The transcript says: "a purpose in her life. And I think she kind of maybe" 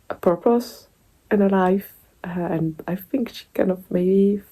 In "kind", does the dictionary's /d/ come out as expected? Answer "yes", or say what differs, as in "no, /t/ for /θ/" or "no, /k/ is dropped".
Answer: no, /d/ is dropped